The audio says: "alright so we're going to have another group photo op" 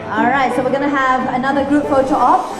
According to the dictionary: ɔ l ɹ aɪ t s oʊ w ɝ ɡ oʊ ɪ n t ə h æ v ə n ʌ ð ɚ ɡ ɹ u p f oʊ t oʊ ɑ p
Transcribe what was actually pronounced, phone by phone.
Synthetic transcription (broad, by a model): ɔ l ɹ aɪ t s oʊ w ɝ ɡ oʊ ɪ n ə h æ v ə n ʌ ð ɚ ɡ ɹ u p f oʊ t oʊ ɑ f